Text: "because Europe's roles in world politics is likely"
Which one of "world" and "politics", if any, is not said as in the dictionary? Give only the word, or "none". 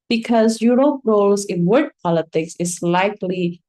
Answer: world